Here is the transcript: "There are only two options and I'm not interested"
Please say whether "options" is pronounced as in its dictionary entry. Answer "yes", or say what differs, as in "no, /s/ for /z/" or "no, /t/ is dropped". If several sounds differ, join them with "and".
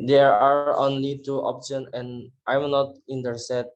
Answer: no, /z/ is dropped